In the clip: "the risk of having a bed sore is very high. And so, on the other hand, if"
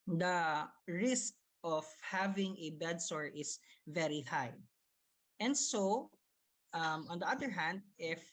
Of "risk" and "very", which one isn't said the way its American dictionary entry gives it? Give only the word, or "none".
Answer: none